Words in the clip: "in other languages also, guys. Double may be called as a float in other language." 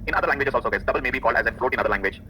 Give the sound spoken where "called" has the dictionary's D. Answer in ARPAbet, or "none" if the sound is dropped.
D